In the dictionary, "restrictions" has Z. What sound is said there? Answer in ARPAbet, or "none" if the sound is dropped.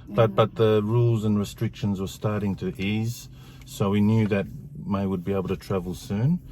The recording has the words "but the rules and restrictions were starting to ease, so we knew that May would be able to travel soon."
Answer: Z